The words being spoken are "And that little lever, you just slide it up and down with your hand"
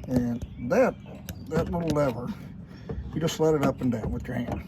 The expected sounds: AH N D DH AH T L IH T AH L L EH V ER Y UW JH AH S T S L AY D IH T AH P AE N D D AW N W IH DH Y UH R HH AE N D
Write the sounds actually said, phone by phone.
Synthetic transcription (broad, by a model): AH N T DH AH T L IH T L L EH V ER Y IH JH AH S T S L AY D IH T AH P N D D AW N W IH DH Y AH R HH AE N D